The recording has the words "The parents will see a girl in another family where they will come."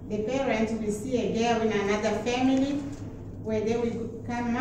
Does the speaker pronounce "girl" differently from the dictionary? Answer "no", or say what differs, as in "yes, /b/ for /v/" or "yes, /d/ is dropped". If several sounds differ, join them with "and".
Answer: yes, /w/ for /l/